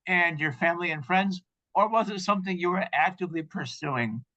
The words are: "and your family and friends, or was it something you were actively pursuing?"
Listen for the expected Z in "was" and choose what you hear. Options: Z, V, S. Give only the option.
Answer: Z